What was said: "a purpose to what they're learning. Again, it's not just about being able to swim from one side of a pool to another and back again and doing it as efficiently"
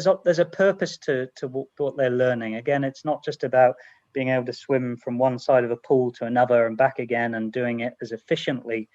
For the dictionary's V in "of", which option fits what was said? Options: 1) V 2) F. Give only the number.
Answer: 1